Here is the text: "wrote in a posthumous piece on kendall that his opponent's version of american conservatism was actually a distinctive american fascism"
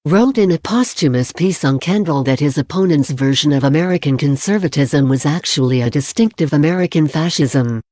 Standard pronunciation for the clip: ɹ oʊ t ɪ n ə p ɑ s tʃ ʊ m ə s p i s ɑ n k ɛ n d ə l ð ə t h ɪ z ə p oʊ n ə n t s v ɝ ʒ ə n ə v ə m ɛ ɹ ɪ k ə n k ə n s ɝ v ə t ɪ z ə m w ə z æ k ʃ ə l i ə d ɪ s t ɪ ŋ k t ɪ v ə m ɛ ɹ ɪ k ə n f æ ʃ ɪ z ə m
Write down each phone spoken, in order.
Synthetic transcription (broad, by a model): ɹ oʊ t ɪ n ə p ɑ s tʃ ʊ m ə s p i s n k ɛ n d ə l ð ə t h ɪ z ə p oʊ n ə n t s v ɝ ʒ ə n ə v ə m ɛ ɹ ɪ k ə n k ə n s ɝ v ə t ɪ z ə m w ə z æ k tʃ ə l i ə d ɪ s t ɪ ŋ k t ɪ v ə m ɛ ɹ ɪ k ə n f æ ʃ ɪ z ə m